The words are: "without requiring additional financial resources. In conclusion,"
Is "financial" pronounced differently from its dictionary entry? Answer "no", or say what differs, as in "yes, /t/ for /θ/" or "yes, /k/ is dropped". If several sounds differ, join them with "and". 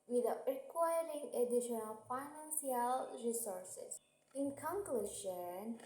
yes, /s/ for /ʃ/